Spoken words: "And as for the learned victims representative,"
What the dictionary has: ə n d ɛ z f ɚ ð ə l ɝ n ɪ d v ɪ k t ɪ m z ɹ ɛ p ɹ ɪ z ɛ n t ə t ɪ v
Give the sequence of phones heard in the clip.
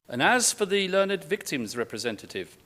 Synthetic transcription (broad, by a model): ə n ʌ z f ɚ ð ə l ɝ n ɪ d v ɪ k t ɪ m z ɹ ɛ p ɹ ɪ z ɛ n t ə t ɪ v